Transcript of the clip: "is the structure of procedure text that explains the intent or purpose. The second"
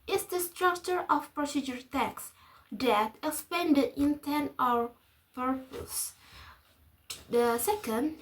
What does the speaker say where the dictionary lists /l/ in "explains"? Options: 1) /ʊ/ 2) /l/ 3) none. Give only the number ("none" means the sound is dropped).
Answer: 3